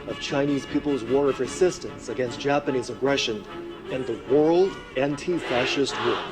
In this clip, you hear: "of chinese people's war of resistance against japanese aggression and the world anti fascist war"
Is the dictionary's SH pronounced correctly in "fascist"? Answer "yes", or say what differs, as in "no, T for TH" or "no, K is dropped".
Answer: yes